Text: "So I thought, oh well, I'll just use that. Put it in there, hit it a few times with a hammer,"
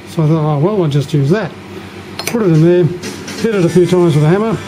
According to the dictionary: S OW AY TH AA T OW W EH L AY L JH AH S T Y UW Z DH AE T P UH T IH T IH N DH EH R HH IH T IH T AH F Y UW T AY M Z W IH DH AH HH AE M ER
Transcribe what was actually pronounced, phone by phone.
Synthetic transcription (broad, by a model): S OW AY TH AA T OW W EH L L JH AH S T Y UW Z DH AE T P UH T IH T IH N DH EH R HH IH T IH T AH F Y UW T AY Z W IH DH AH HH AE M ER